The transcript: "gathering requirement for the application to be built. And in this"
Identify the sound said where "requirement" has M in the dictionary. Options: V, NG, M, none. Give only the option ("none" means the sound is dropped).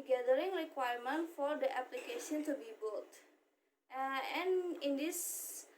M